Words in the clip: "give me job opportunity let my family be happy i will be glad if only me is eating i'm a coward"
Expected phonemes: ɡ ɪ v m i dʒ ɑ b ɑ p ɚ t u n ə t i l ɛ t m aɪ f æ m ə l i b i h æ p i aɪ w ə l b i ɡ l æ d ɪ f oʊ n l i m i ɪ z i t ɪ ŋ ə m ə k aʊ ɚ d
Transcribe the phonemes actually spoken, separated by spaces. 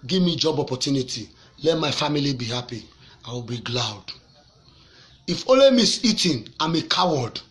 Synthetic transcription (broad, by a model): ɡ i v m i dʒ ɑ b ɑ p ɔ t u n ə t i l ɛ t m aɪ f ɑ m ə l i b i h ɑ p i aɪ w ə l b i ɡ l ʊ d ɪ f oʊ l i m i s i t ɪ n ə m ə k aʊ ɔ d